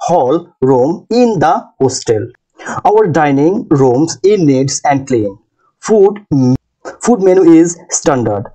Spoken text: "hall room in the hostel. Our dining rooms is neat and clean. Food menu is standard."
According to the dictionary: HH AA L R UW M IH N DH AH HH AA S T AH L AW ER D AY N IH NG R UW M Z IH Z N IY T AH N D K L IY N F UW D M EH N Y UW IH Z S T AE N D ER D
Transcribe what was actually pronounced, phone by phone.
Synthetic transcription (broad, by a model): HH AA L R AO M IH N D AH HH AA S T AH L AW ER D AY N IH NG R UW M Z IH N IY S AH N D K L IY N F UW D M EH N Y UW IH Z S T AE N D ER D